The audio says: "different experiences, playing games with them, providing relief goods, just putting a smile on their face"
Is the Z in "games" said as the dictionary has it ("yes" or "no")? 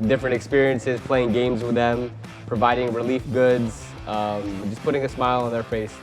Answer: yes